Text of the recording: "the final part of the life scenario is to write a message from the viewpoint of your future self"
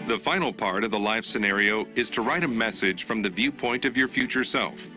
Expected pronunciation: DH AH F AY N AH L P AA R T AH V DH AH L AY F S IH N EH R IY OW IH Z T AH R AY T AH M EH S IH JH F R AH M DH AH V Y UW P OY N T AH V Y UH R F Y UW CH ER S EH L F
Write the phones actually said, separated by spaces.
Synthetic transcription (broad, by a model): DH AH F AY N L P AA R T AH V DH AH L AY F S IH N EH R IY OW IH Z T AH R AY T AH M EH S IH JH F R AH M DH AH V Y UW P OY N T AH V Y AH R F Y UW CH ER S EH L F